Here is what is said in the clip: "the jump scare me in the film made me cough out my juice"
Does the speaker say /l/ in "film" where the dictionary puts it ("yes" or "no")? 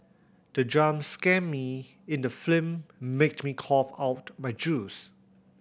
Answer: no